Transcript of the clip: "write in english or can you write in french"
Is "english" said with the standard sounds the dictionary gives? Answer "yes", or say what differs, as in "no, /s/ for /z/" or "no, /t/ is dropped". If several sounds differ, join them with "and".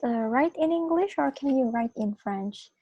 yes